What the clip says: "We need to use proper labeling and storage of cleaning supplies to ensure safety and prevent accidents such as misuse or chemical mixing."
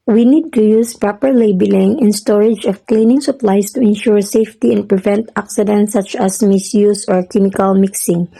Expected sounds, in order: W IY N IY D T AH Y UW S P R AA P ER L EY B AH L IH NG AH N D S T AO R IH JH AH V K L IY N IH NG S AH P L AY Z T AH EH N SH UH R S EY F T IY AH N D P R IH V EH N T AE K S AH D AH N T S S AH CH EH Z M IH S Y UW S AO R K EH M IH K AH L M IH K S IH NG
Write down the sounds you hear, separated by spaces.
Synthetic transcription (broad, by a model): W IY N IY D T AH Y UW S P R AA P ER L EY B AH L IH NG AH N S T AO R IH JH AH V K L IY N IH NG S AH P L AY S T AH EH N SH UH R S EY F T IY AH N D P R IH V EH N T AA K S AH D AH N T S S AH CH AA S M IH S Y UW S AO R K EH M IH K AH L M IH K S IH NG